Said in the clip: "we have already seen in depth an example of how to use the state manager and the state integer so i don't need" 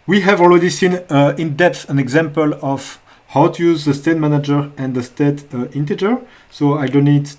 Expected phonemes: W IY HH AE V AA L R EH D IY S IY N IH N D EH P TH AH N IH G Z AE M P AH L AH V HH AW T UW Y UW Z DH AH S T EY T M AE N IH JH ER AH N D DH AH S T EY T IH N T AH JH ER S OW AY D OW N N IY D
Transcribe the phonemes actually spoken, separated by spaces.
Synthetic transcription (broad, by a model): W IY HH AE V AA L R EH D IY S IY N IH N D EH P TH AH N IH G Z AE M P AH L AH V HH AW T UW Y UW Z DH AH S T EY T M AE N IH JH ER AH N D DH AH S T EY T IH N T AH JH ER S OW AY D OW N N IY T